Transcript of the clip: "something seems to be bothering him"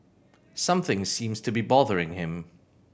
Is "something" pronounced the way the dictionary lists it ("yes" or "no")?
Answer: yes